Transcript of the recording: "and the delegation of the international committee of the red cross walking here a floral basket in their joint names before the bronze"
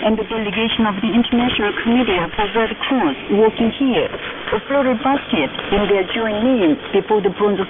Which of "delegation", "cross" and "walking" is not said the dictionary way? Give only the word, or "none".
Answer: cross